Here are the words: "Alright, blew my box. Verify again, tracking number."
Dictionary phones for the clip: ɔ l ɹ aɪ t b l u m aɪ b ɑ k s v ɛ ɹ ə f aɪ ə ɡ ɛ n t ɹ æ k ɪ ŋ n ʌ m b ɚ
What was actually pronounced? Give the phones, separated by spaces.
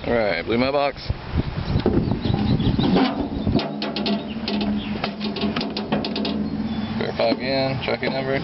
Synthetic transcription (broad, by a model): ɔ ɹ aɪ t b l u m aɪ b ɑ k s f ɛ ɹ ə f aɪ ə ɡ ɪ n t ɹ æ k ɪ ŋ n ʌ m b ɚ